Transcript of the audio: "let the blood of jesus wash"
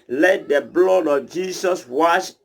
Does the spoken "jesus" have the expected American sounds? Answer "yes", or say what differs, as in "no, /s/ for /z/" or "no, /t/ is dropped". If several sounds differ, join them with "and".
no, /s/ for /z/